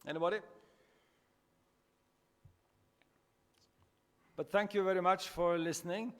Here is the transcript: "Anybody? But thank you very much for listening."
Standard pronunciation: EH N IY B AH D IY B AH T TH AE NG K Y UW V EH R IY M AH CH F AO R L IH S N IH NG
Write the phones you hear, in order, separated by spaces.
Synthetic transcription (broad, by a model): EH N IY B D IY B AH T TH AE NG K Y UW V EH R IY M AH CH F AO R L IH S N IH NG